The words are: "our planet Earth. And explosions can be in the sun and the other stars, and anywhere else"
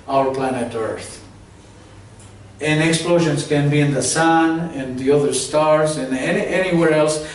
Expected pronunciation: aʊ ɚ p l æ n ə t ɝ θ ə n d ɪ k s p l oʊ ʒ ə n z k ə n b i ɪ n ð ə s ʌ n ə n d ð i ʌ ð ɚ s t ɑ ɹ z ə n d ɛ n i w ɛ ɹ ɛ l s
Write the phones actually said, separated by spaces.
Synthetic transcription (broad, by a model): aʊ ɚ p l æ n ə t ɝ θ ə n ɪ k s p l oʊ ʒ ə n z k ə n b i ɪ n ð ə s ʌ n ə n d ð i ʌ ð ɚ s t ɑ ɹ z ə n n ɛ n i w ɛ ɹ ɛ l s